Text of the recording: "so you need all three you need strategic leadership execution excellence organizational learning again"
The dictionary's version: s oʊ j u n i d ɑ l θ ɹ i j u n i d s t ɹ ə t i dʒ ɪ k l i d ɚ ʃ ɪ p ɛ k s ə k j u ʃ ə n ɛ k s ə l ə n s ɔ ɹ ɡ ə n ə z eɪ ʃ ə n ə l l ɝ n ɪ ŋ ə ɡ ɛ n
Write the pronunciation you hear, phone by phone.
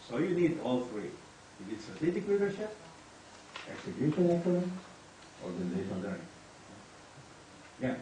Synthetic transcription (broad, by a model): s oʊ j u n i d ɑ l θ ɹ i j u n i d s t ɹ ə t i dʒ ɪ k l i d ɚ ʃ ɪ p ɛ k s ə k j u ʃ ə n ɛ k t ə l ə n ɔ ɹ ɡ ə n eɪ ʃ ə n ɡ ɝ ɪ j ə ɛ